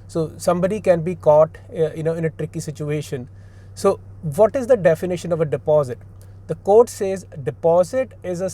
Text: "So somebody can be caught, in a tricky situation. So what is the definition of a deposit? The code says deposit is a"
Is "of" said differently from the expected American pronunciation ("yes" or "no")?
no